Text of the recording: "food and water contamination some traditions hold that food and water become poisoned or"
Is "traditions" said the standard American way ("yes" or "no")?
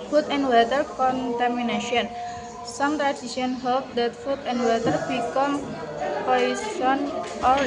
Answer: no